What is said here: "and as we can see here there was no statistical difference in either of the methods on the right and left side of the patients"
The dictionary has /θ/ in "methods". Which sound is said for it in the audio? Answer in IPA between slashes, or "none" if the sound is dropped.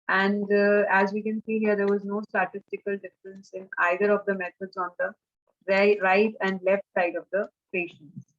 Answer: /t/